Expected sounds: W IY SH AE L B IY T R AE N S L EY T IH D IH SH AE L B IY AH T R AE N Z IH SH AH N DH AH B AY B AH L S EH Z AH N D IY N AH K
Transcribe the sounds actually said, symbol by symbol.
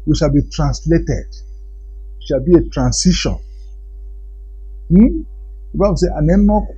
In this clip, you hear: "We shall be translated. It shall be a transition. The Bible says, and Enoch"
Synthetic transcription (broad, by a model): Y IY SH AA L B IY T R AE N S L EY T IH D IH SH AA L B IY AH T R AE N S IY SH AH N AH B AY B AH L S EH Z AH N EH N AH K